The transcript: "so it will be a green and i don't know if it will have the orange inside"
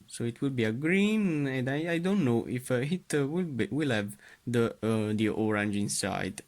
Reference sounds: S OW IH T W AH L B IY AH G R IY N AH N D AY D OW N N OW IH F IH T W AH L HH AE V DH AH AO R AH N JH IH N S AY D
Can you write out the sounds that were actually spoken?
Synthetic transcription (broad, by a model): S OW IH T W AH L B IY AH G R IY N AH N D AY D OW N N OW IH F IH T W AH L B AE V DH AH AO R AH N JH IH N S AY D